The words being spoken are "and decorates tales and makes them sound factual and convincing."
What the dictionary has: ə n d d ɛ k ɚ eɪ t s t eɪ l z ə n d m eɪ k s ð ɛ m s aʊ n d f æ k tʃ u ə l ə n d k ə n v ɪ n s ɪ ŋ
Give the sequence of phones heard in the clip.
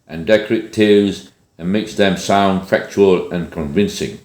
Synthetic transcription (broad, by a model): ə n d d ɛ k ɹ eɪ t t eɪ z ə n m eɪ k s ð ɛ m s aʊ n d f æ k tʃ u ə l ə n k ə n v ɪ n s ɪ ŋ